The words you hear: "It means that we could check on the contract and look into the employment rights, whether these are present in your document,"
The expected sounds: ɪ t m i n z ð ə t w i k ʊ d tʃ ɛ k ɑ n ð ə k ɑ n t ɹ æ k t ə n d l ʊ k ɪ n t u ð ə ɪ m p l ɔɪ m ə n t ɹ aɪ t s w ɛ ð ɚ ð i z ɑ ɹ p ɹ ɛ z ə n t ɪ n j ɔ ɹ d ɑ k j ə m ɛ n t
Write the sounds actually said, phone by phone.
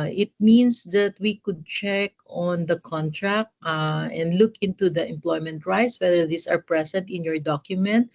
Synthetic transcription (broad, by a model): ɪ t m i n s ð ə t w i k ʊ d tʃ ɛ k ɑ n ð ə k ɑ n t ɹ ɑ k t ə n d l ʊ k ɪ n t u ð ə ɪ m p l ɔɪ m ə n t ɹ aɪ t s w ɛ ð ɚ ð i s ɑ ɹ p ɹ ɛ s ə n t ɪ n j ɔ ɹ d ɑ k j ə m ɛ n t